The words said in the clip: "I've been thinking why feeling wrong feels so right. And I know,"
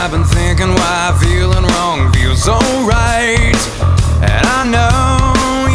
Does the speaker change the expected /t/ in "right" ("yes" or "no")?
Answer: no